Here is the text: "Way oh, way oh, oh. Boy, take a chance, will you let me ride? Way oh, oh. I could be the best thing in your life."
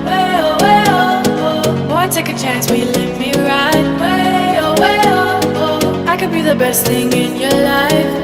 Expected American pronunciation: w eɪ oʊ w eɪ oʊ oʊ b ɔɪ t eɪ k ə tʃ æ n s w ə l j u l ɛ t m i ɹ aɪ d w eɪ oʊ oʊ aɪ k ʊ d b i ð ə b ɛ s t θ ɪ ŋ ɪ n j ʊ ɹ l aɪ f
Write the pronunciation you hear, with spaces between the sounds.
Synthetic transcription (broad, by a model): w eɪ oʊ w eɪ oʊ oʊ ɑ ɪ t eɪ k ə tʃ æ n s w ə n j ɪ l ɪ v m i ɹ aɪ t w eɪ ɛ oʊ aɪ k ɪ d b i ð ə b ɛ s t θ ɪ ŋ ɪ n j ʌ ɹ l aɪ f